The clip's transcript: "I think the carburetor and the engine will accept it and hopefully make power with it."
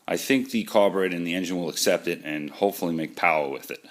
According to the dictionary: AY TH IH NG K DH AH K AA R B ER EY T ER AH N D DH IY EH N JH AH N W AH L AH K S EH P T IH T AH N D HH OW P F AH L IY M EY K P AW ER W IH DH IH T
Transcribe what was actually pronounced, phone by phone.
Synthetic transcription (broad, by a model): AY TH IH NG K DH AH K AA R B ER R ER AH N DH IY EH N JH AH N W AH L AH K S EH P T IH T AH N HH OW P F L IY M EY K P AW ER W IH DH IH T